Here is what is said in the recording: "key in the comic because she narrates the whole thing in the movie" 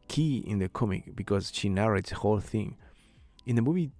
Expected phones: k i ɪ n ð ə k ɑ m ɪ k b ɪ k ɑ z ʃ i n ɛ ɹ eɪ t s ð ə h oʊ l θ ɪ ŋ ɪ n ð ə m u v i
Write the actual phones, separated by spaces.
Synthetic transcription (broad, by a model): k i ɪ n ð ə k ɑ m ɪ k b ɪ k ɑ z ʃ i n ɛ ɹ eɪ t s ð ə h oʊ l θ ɪ ŋ ɪ n ð ə m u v i